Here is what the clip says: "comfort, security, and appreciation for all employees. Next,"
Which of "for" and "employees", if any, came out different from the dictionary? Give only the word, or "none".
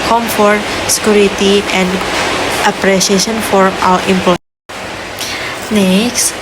employees